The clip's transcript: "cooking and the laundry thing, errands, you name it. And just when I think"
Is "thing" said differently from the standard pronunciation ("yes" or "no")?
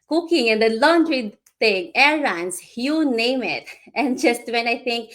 yes